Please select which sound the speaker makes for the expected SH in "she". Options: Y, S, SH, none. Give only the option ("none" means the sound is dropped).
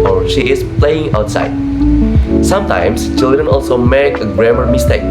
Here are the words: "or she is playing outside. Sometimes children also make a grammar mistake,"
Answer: SH